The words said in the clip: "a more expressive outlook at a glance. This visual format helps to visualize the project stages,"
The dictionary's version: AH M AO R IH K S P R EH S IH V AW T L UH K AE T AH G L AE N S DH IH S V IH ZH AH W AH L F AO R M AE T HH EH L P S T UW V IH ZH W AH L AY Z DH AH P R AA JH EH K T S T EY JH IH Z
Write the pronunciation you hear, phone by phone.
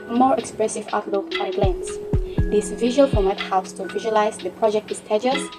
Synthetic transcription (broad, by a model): M AO R IH K S P R EH S IH V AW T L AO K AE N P L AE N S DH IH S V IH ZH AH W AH L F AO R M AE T HH EH L P S T UW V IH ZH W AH L AY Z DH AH P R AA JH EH K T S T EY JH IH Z